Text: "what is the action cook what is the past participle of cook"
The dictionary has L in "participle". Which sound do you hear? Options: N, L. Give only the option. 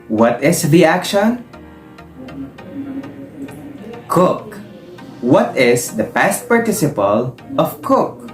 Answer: L